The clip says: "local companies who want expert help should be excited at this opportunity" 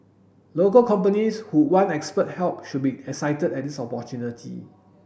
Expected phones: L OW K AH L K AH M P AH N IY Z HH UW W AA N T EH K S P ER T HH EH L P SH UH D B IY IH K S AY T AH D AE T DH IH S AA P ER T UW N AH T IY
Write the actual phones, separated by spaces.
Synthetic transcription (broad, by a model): L OW K AH L K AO M P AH N IY S HH UW W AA N EH K S P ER T HH EH L P SH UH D B IY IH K S AY T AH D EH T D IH S AA P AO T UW N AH T IY